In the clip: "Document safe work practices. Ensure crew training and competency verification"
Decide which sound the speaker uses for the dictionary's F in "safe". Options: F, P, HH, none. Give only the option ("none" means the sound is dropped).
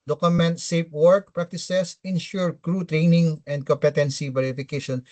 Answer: P